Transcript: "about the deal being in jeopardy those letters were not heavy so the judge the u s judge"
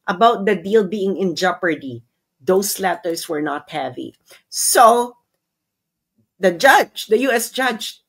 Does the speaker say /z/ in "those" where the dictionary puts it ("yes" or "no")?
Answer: no